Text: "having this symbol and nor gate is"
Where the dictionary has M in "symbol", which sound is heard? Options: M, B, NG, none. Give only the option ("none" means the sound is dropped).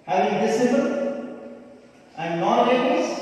none